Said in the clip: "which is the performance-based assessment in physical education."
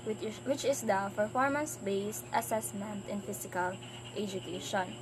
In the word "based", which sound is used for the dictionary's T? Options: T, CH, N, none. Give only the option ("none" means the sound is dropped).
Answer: T